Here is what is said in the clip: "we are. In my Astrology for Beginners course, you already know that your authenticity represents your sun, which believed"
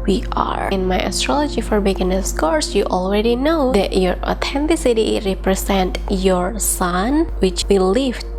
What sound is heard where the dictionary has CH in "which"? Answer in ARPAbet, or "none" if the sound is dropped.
CH